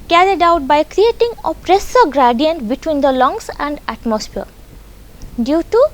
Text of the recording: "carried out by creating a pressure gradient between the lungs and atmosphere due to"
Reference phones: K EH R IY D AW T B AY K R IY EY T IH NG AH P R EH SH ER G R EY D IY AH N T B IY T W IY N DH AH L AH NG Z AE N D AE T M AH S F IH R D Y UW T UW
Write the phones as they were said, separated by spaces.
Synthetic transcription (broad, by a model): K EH R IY D AW T B AY K R IY EY T IH NG AH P R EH S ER G R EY D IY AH N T B IY T W IY N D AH L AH NG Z AE N D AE T M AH S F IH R D Y UW T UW